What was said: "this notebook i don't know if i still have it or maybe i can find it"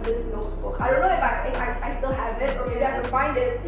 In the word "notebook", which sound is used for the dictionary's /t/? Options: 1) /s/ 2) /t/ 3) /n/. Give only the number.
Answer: 1